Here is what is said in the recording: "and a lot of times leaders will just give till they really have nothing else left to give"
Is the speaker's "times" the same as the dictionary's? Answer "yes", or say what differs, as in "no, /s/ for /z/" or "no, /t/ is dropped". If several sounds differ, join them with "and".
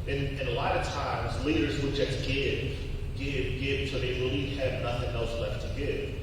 yes